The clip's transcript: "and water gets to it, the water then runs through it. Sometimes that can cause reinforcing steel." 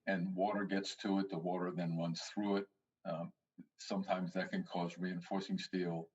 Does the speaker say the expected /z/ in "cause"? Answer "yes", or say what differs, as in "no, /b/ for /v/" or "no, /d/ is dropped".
yes